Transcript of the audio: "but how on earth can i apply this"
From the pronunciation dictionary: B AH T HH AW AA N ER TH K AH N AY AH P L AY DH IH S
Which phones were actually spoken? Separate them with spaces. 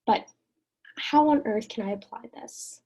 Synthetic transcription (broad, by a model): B AH T HH AW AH N ER TH K AH N AY AH P L AY DH IH S